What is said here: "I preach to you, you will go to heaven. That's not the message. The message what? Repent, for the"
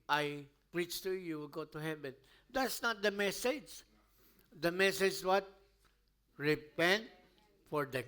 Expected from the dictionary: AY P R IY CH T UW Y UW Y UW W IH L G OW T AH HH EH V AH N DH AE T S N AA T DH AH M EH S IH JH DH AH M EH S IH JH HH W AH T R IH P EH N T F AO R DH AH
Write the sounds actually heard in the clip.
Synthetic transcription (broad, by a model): AY P R IY CH T UW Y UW Y UW W IH L G OW T AH HH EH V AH N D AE T S N AA T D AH M EH S IH JH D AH M EH S IH JH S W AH T R IH P EH N T F AO R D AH